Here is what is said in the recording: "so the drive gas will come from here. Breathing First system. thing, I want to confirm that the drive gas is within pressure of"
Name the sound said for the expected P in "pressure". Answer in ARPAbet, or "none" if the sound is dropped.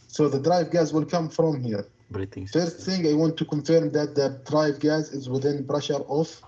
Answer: B